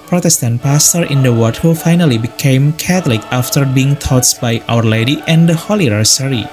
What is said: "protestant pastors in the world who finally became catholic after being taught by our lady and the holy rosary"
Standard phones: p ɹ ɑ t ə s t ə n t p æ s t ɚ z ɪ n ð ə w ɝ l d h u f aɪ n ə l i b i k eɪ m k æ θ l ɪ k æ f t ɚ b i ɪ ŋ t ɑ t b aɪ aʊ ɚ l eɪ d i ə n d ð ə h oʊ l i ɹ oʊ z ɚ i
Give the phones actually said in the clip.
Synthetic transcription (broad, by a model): p ɹ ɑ t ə s t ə n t p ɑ s t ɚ ɪ n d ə w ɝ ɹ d h u f aɪ n ə l i b i k eɪ m k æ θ l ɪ k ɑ f t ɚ b i ɪ ŋ t ɑ t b aɪ aʊ ɚ l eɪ d i ə n d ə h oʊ l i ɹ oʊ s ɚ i